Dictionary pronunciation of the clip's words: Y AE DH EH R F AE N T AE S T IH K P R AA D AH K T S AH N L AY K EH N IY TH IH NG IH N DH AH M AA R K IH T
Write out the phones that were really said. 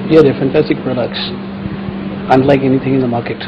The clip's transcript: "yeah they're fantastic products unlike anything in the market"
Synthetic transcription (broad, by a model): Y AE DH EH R F AE N T AE S T IH K P R AA D AH K T S AH N L AY K EH N IY TH IH NG IH N DH AH M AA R K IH T